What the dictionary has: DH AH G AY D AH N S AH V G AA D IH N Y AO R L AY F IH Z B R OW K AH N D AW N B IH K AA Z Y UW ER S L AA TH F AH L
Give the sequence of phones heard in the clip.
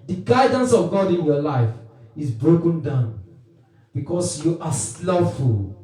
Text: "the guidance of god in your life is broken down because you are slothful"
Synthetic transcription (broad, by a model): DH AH G AY D AH N S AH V G AA D IH N Y AO L AY F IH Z B R OW K AH N D AW N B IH K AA S Y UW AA S L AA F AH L